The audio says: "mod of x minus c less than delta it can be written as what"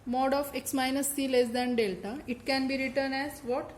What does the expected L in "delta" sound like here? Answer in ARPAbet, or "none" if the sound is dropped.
L